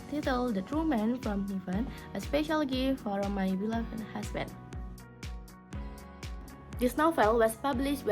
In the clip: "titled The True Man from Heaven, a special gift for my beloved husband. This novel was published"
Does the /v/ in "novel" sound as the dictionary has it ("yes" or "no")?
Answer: no